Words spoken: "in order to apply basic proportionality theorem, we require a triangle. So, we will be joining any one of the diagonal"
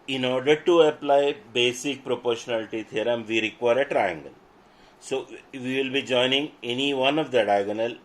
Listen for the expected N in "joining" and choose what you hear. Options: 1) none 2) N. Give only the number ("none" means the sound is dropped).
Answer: 2